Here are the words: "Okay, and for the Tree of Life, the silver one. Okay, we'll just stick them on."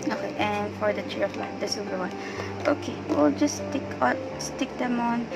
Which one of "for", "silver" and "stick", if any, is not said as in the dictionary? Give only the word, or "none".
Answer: silver